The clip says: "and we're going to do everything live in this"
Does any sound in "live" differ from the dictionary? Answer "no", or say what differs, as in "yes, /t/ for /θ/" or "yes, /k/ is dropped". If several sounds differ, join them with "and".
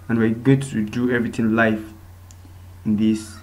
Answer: yes, /f/ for /v/